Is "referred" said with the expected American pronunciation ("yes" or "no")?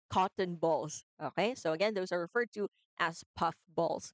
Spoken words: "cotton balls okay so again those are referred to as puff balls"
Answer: yes